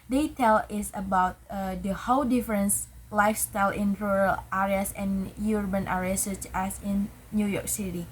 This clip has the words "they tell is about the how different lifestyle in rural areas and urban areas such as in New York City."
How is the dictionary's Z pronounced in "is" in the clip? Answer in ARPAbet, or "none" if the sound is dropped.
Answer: S